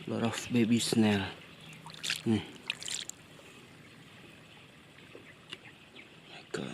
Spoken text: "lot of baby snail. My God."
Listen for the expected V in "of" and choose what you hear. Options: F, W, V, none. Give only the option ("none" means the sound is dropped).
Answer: F